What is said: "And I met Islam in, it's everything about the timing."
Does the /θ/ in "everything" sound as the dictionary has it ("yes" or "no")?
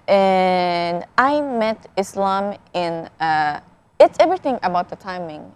yes